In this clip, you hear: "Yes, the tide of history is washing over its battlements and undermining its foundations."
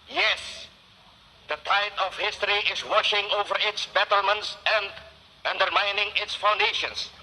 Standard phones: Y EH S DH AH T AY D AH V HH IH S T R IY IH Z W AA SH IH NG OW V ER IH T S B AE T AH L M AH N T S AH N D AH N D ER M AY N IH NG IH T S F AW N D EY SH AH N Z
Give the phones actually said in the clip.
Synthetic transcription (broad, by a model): Y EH S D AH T AY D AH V HH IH S T R IY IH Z W AA SH IH NG OW V ER IH T S B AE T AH L M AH N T S AH N D AH N D ER M AY N IH NG IH T S F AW N D EY SH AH N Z